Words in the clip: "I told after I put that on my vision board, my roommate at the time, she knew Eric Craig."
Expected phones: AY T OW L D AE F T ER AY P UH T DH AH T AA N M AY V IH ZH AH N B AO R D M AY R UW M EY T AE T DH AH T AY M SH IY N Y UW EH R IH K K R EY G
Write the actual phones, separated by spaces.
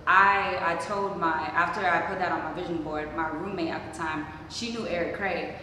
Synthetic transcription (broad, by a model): AY T OW L D AE F T ER AY P UH T DH AH T N M AY V IH ZH AH N B AO R D M AY R UW M EY T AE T DH AH T AY M SH IY N Y UW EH R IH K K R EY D